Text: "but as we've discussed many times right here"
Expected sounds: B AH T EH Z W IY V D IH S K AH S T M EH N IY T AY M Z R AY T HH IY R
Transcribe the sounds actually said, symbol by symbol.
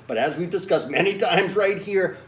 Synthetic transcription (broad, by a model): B AH T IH Z W IY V D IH S K AH S M EH N IY T AY M Z R AY T HH IY R